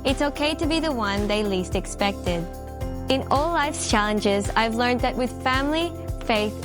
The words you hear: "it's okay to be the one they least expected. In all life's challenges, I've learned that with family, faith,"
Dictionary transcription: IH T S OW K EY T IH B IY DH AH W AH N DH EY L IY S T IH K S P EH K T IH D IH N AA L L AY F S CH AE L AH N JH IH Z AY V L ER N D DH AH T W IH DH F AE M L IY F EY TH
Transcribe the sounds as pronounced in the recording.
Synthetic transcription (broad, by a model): IH T S OW K EY T IH B IY DH AH W AH N DH EY L IY S T IH K S P EH K T IH D IH N AA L L AY F S CH AE L AH N JH IH Z AY V L ER N DH AH T W IH DH F AE M L IY F EY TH